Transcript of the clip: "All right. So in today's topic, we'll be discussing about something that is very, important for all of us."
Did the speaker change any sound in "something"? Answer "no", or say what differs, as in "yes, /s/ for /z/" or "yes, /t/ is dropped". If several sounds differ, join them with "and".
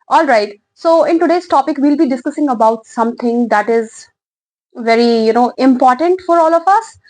yes, /t/ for /θ/